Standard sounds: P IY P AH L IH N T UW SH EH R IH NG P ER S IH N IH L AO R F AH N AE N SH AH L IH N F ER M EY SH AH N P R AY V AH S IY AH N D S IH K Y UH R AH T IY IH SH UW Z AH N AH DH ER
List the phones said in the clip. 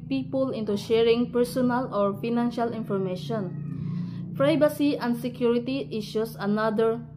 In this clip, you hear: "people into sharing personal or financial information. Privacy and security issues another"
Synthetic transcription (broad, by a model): P IY P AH L IH N T UW SH EH R IH NG P ER S IH N IH L AO R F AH N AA N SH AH L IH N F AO M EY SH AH N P R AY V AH S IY AH N D S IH K Y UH R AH T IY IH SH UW S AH N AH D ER